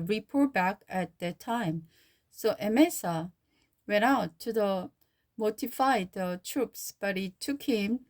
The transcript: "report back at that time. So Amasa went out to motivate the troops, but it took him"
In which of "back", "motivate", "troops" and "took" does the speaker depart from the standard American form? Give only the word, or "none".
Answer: motivate